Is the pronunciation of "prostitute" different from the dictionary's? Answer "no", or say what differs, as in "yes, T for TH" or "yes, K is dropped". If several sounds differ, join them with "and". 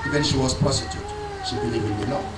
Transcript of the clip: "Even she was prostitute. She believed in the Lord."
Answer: yes, R is dropped